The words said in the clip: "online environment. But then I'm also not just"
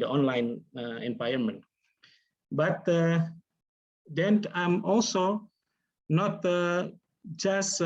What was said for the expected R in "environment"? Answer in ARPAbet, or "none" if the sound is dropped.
none